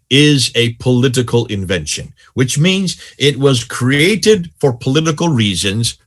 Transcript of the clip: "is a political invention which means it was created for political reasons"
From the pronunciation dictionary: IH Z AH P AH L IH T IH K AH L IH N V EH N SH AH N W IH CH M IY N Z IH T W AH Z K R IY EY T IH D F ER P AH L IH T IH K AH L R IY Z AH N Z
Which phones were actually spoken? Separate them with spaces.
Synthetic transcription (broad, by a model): IH Z AH P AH L IH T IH K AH L IH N V EH N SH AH N W IH CH M IY N Z IH T W AH Z K R IY EY T IH D F ER P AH L IH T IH K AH L R IY Z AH N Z